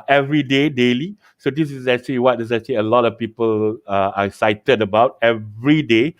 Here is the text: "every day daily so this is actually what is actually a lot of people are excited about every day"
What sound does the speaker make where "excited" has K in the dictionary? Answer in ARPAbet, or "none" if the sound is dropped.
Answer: none